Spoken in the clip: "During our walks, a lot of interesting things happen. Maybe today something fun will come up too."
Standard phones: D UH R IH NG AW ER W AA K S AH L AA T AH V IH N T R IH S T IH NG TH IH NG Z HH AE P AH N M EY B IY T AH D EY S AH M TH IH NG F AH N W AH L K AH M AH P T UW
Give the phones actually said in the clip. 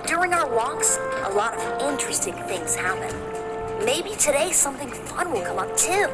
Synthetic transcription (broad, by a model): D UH R IH NG AW ER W AA K S AH L AA T AH V IH N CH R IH S T IH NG TH IH NG Z HH AE P AH N M EY B IY T AH D EY S AH M TH IH NG F AH N W AH L K AH M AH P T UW